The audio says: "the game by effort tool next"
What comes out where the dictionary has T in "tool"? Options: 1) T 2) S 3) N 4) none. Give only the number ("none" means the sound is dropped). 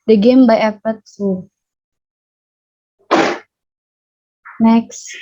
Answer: 2